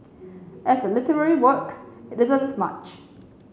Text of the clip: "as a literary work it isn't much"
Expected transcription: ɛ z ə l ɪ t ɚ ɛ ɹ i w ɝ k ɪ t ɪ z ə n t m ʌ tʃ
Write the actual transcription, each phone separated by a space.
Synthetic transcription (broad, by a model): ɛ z ə l ɪ t ɚ ɛ ɹ i w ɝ k ɪ t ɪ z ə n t m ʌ tʃ